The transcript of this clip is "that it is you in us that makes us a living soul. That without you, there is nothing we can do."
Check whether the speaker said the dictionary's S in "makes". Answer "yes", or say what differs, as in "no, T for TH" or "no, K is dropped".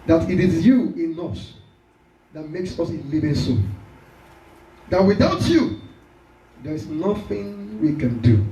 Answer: yes